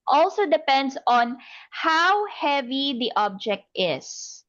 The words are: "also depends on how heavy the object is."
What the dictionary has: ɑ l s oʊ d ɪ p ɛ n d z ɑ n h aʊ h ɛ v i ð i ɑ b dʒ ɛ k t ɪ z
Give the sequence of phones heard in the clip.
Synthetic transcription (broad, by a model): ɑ l s oʊ d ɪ p ɛ n d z ɑ n h aʊ h ɛ v i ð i ɑ b dʒ ɛ k t ɪ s